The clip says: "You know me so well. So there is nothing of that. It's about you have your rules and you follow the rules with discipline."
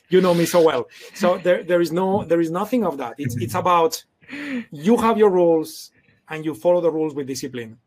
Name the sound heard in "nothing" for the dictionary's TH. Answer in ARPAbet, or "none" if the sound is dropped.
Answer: TH